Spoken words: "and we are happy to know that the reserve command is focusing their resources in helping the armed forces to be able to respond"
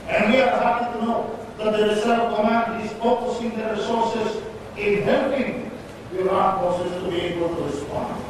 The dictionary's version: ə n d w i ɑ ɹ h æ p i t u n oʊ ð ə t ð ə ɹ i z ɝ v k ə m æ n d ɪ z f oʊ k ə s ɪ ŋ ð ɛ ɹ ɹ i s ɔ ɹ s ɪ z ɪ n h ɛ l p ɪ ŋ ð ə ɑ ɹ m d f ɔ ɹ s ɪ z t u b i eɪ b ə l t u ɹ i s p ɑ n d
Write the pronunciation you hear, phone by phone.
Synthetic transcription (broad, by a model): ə n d w i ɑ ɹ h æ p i t u n oʊ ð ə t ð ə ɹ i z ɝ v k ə m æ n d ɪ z f oʊ k ə s ɪ ŋ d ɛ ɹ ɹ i s ɔ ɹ s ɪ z ɪ n h ɛ l p ɪ ŋ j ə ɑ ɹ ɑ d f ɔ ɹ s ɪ s t u b i eɪ b ə l t u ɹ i s p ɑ n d